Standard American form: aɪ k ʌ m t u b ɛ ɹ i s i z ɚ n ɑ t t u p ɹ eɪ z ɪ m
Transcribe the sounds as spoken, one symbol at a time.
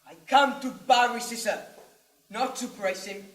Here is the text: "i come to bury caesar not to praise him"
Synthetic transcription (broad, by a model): aɪ k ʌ m t u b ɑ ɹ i s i s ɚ n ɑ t t u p ɹ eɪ s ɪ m